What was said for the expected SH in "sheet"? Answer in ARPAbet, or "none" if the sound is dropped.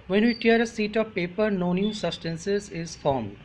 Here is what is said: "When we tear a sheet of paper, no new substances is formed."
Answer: S